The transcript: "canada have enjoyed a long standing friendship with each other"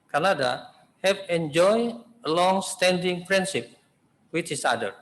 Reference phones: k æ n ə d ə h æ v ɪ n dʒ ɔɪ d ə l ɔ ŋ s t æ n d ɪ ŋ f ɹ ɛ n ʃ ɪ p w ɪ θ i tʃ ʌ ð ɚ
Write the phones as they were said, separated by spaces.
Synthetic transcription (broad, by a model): k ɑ n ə d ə h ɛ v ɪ n dʒ ɔɪ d ə l ɔ ŋ s t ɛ n d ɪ ŋ p ɹ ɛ n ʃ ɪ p w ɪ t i s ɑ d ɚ